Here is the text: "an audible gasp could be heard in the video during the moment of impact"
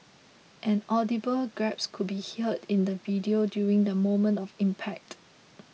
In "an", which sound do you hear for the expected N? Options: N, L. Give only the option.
N